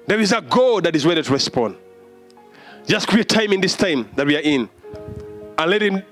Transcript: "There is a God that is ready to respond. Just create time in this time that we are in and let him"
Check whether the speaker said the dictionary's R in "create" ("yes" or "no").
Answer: no